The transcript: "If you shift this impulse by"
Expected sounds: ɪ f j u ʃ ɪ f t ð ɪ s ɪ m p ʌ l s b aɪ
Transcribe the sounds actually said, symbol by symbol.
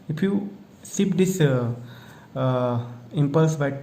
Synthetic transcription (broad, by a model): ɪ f j u s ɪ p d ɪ s ɪ m p ʌ l s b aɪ